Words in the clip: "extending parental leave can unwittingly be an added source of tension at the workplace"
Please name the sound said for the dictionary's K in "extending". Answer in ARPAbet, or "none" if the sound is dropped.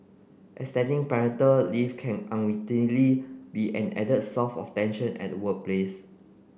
none